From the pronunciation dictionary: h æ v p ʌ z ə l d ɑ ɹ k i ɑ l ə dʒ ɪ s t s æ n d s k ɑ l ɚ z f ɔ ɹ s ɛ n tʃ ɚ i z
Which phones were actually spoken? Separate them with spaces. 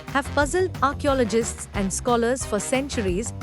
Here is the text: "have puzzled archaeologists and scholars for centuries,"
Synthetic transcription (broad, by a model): h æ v p ʌ z ə l d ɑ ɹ k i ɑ l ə dʒ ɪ s t s æ n d s k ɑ l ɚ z f ɔ ɹ s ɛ n tʃ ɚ i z